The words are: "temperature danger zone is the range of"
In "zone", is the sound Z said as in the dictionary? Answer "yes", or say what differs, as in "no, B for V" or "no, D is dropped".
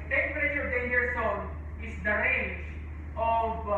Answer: no, S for Z